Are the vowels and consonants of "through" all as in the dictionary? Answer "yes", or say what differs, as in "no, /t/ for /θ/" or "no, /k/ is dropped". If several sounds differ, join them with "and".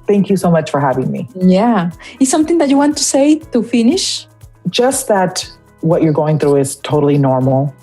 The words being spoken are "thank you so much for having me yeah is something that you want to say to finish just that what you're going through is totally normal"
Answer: yes